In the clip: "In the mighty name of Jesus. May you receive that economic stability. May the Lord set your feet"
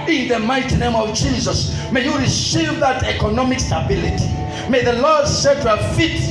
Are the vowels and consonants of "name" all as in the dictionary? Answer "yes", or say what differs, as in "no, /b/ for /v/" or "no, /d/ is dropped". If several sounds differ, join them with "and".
yes